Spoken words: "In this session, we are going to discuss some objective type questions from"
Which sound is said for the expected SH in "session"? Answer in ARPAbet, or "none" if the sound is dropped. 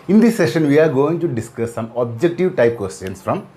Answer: SH